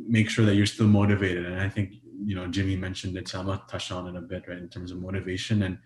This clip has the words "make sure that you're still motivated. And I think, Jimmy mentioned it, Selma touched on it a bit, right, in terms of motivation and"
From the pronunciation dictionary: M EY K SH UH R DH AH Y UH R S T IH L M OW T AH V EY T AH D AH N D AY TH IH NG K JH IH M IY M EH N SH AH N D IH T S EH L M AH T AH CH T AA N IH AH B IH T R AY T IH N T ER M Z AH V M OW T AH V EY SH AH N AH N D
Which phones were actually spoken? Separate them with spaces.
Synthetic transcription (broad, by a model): M EY K SH UH R DH AH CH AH R S T IH L M OW T AH V EY T AH D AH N AY TH IH NG K JH IH M IY M EH N SH AH N D IH T S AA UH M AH T AH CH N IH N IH AH B IH T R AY IH N T ER M Z AH V M OW T AH V EY SH AH N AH N